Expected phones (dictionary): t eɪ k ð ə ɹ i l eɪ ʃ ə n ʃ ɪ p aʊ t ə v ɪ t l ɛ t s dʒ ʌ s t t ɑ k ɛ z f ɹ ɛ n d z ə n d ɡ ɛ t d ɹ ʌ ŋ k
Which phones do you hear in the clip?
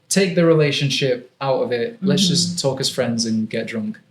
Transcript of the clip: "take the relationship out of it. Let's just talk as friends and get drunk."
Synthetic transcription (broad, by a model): t eɪ k ð ə ɹ i l eɪ ʃ ə n ʃ ɪ p aʊ t ə v ɪ t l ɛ t s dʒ ʌ s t t ɑ k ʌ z f ɹ ɛ n d z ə n ɡ ɛ t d ɹ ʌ ŋ k